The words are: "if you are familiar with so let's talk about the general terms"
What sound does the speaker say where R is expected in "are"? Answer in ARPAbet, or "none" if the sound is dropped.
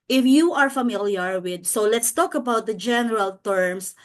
R